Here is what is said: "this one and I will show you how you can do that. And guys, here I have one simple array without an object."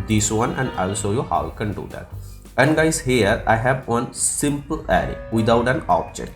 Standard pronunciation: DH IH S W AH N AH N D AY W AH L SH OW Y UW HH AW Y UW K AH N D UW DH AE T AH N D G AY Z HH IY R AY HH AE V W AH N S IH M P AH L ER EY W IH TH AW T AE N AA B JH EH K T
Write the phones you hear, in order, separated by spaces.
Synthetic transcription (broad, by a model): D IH S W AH N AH N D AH L S OW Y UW HH AW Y K AH N D UW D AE T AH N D G AY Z HH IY R AY HH AE V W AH N S IH M P AH L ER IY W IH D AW T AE N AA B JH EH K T